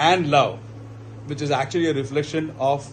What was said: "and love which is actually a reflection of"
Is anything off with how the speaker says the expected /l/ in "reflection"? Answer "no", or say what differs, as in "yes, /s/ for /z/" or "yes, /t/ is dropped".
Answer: no